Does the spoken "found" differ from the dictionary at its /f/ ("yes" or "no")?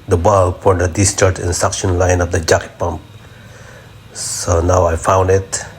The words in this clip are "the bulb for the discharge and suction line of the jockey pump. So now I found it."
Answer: no